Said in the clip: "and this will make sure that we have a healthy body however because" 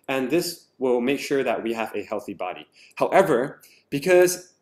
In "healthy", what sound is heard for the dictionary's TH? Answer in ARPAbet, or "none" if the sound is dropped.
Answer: TH